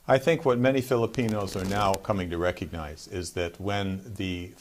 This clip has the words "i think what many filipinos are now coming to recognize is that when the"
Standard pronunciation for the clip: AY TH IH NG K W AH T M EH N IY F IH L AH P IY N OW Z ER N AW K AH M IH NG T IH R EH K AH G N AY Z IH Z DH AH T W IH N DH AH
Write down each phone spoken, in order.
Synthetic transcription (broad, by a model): AY TH IH NG K W AH T M EH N IY F IH L AH P IY N OW Z ER N AW K AH M IH NG T IH R EH K AH G N AY Z IH Z DH AH T W IH N DH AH